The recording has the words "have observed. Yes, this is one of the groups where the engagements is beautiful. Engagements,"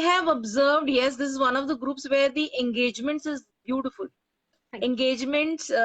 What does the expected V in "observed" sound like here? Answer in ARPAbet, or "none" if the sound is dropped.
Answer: V